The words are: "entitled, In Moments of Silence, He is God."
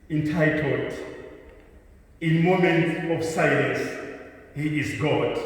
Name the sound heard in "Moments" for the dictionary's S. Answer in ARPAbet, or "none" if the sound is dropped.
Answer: none